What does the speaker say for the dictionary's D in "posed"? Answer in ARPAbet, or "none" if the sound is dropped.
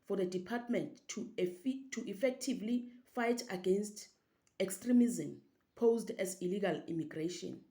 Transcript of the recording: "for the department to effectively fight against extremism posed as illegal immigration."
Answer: D